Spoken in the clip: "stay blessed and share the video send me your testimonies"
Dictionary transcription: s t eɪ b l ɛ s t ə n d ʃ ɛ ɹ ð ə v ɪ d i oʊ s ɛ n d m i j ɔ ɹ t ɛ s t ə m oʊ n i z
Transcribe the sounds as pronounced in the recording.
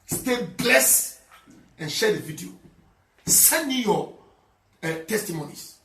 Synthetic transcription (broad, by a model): s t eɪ b l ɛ s ə n ʃ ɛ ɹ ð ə v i d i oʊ s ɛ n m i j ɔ t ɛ s t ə m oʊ n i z